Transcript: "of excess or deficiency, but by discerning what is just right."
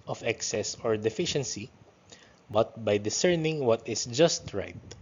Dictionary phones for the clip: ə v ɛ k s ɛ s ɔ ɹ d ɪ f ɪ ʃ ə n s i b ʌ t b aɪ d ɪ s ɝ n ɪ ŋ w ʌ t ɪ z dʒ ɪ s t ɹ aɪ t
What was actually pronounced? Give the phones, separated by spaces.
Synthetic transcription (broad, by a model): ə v ɛ k s ɛ s ɔ ɹ d ɪ f ɪ ʃ ə n s i b ʌ t b aɪ d ɪ s ɝ n ɪ ŋ w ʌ t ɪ s dʒ ɪ s t ɹ aɪ t